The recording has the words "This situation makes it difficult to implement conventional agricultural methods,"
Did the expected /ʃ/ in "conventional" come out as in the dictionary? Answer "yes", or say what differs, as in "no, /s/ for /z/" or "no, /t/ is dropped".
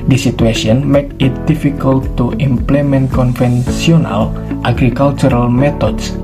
no, /s/ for /ʃ/